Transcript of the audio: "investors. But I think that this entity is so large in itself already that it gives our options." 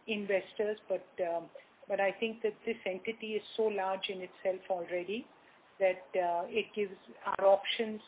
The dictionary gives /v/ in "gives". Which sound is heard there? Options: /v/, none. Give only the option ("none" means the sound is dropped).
/v/